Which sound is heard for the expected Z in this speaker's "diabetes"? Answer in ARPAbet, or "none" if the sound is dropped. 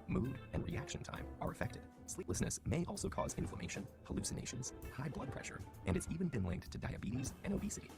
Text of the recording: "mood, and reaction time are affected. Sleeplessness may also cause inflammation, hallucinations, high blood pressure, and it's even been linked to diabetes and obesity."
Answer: Z